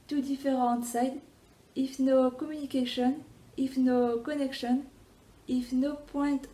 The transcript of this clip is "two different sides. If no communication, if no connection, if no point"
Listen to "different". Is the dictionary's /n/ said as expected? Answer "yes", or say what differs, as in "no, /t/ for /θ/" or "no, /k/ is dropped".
no, /n/ is dropped